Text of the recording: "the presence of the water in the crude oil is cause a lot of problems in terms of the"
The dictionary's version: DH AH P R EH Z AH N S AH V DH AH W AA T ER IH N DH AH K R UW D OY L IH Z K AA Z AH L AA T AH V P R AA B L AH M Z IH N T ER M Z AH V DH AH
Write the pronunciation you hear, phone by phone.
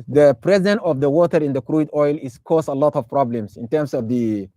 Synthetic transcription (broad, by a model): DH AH P R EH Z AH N AH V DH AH W AA T ER IH N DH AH K R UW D OY L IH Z K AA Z AH L AA T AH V P R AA B L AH M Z IH N T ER M S AH V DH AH